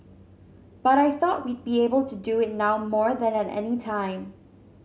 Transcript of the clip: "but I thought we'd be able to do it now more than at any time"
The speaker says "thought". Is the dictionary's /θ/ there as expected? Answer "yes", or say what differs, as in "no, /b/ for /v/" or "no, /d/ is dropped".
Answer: yes